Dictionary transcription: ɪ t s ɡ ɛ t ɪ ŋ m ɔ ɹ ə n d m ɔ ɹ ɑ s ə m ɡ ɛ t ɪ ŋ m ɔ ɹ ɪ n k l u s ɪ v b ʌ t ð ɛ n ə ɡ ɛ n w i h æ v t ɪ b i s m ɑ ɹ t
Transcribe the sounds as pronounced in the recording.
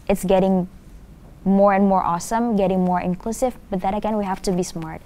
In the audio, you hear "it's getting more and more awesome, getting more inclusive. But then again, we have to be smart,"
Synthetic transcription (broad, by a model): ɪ t s ɡ ɛ t ɪ ŋ m ɔ ɹ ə n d m ɔ ɹ ɑ s ə m ɡ ɛ t ɪ ŋ m ɔ ɹ ɪ n k l u s ɪ v b ʌ t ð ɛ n ə ɡ ɛ n w i h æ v t ɪ b i s m ɑ ɹ t